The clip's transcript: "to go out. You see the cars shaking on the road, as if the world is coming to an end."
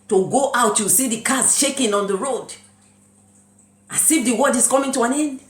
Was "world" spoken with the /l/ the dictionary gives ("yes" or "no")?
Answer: no